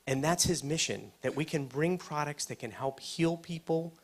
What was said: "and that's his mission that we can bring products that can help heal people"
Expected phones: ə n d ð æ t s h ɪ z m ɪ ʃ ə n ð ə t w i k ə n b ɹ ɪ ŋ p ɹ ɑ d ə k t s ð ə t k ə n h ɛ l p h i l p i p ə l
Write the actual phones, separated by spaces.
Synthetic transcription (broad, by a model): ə n ð æ t s h ɪ z m ɪ ʃ ə n ð ə t w i k ə n b ɹ ɪ ŋ p ɹ ɑ d ə k t s ð ə t k ə n h ɛ l p h i l p i p l